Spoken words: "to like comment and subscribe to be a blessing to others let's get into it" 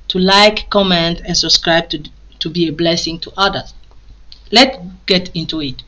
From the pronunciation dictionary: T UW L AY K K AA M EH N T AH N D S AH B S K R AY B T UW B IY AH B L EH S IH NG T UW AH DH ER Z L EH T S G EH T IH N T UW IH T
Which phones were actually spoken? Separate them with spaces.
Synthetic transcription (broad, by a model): T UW L AY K K AA M EH N T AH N S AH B S K R AY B T UW B IY AH B L EH S IH NG T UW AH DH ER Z L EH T G EH T IH N T UW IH T